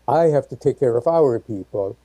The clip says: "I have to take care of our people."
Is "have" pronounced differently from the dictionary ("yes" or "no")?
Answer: yes